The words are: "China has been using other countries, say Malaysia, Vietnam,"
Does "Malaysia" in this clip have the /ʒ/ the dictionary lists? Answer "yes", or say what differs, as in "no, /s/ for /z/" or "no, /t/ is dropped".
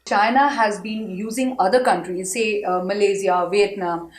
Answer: no, /z/ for /ʒ/